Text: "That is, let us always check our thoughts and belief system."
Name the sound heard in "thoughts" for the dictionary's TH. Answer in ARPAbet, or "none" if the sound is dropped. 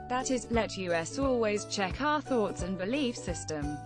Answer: TH